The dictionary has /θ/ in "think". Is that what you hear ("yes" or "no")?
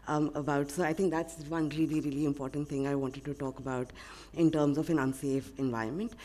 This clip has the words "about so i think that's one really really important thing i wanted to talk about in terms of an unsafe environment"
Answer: no